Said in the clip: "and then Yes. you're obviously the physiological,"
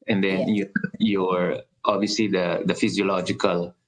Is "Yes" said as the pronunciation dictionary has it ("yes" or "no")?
no